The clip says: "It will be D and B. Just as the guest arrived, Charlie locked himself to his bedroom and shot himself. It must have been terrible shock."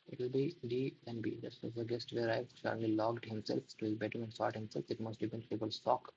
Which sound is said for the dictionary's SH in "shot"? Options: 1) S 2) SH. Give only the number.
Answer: 1